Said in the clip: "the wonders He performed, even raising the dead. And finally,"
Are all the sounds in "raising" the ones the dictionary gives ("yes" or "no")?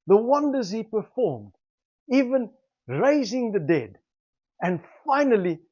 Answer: yes